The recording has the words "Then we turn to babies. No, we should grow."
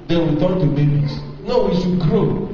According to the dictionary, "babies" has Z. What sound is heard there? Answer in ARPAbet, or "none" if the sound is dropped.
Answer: S